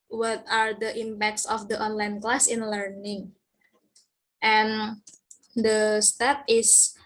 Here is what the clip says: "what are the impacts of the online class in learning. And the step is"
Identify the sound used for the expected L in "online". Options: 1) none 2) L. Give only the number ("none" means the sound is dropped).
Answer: 2